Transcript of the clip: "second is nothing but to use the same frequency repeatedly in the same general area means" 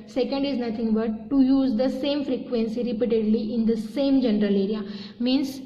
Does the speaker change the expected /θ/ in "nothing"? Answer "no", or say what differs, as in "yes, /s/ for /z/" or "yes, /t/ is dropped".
yes, /t/ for /θ/